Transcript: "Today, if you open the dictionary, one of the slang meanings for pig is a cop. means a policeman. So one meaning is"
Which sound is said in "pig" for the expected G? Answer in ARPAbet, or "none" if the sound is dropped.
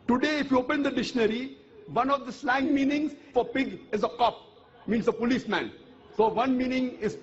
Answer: G